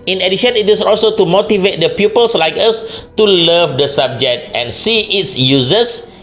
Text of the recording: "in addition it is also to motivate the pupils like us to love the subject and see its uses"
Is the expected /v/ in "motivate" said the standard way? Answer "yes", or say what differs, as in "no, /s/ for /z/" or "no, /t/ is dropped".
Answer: yes